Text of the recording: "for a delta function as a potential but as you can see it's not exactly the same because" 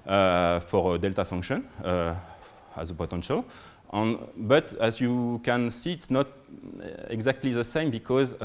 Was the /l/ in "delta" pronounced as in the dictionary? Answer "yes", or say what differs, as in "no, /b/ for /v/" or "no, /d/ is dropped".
yes